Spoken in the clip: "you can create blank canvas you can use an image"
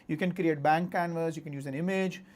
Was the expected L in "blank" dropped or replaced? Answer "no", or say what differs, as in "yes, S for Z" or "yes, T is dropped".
yes, L is dropped